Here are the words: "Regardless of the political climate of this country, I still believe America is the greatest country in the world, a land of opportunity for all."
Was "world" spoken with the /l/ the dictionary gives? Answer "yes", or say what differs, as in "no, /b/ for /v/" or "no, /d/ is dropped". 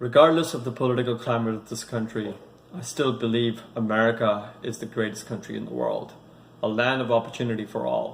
yes